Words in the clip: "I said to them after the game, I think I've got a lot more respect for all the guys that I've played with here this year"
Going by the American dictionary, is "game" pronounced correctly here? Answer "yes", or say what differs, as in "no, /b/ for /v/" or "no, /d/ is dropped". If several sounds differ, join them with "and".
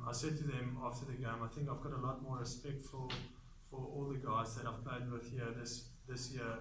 yes